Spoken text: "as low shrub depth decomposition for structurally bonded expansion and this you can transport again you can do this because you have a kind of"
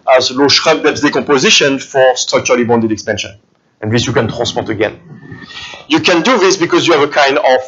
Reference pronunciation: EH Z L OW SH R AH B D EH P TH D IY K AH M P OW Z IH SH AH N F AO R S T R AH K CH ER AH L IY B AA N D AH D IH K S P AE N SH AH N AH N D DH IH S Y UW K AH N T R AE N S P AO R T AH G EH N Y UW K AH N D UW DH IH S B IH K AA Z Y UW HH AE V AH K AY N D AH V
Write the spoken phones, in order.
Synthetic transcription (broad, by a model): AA Z L OW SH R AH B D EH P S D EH K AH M P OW Z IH SH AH N F AO R S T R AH K CH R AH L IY B AA N D AH D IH K S P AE N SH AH N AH N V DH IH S Y UW K AH N T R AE S P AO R T AH G EH N Y UW K AH N D UW DH IH S B IH K AA Z Y UW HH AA V AH K AY N D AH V